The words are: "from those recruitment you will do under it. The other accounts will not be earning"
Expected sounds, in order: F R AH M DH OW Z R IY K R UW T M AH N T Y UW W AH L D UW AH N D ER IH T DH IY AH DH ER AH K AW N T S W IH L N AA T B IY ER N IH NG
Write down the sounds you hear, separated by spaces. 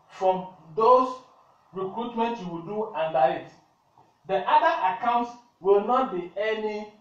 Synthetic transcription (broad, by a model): F R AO M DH OW S R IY K R UW T M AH N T Y UW W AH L D UW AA N D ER IH T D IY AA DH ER AH K AW N T S W IH L N AA T B IY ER N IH